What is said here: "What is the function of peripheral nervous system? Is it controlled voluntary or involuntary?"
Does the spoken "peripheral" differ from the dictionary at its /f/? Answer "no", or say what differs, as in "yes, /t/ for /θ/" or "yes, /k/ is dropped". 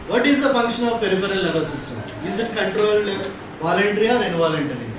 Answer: yes, /p/ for /f/